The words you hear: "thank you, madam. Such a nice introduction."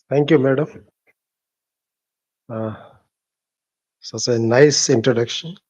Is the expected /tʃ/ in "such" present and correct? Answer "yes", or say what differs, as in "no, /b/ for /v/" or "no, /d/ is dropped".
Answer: no, /s/ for /tʃ/